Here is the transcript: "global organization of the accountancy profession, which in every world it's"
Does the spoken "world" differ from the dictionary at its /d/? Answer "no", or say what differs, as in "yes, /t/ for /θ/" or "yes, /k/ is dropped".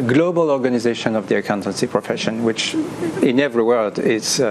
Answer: no